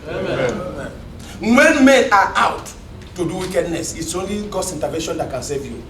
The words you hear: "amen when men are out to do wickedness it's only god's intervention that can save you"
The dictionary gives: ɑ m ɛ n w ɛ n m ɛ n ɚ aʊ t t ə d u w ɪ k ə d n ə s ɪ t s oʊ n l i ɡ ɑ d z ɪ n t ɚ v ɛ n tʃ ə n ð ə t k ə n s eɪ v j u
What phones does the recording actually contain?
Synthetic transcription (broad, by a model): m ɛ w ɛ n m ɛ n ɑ aʊ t t ə d u w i k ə d n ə s ɪ t s oʊ n l i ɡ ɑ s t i n t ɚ v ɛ n ʃ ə n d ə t k ə n s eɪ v j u